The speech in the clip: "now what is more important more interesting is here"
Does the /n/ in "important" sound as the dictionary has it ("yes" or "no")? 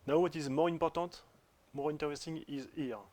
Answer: no